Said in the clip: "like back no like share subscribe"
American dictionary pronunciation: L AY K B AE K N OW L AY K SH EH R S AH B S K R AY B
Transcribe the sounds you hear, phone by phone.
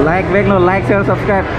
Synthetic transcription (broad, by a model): L AY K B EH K N OW L AY K S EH L S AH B S K R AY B